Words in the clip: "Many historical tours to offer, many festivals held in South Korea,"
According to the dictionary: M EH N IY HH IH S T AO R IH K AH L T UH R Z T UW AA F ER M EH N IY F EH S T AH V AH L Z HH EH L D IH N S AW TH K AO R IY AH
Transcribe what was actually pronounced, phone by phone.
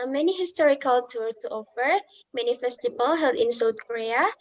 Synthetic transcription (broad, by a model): M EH N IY HH IH S T AO R IH K AH L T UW R T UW AA F ER M EH N IY F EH S T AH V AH L HH EH L D IH N S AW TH K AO R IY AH